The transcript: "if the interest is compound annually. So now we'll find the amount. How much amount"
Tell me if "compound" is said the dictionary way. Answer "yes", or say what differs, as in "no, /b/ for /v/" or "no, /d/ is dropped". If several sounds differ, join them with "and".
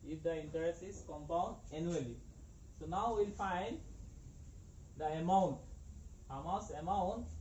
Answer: yes